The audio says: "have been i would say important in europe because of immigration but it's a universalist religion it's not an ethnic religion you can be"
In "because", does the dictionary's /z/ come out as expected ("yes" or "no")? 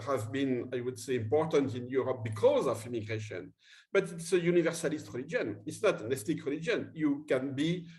yes